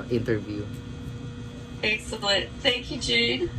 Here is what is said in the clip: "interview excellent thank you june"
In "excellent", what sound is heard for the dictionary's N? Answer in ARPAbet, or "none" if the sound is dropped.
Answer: none